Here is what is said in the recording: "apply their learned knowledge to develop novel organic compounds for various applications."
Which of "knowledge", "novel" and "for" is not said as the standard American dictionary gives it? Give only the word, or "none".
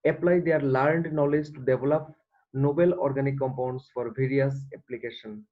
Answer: novel